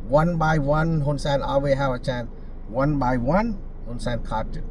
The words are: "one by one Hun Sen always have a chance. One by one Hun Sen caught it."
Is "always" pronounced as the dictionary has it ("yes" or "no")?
no